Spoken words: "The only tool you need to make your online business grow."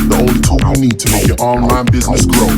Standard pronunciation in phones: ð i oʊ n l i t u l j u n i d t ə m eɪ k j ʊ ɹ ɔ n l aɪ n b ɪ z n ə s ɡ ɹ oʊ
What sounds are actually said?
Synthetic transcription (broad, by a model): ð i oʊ l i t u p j n i d t ə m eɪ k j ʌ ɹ ɔ n l aɪ n b ɪ z n ə s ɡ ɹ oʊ